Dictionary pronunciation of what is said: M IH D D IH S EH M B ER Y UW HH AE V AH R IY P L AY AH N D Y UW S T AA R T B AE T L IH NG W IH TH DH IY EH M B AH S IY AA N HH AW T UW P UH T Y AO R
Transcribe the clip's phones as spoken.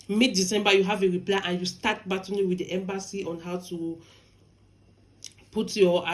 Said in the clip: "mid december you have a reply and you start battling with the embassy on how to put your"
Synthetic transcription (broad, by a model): M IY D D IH S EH M B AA Y UW HH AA V AH R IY P L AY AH N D Y UW S T AA T B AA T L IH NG W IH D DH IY EH M B AH S IY AA N HH AW T UW P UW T Y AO